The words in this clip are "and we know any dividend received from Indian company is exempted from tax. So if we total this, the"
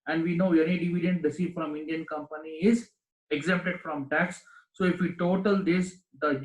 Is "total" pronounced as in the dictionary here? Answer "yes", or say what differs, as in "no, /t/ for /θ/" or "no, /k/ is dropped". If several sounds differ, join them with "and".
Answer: yes